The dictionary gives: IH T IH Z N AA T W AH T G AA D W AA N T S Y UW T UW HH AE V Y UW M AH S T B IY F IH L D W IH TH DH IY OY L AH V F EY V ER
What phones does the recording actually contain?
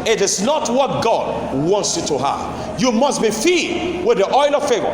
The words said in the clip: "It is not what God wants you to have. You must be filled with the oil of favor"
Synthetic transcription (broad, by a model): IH T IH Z N AA T W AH T G AA D W AA N T S Y UW T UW HH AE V Y UW M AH S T B IY F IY D W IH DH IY OY L AH V F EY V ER